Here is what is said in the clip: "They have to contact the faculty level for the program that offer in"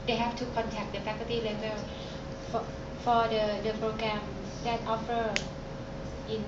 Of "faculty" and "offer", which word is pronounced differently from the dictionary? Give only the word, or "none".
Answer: faculty